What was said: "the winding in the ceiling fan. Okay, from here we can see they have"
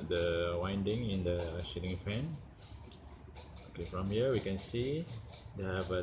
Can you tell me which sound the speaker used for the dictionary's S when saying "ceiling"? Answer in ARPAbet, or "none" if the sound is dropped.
SH